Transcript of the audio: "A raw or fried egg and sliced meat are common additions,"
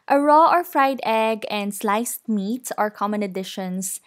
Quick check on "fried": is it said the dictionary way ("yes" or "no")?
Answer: yes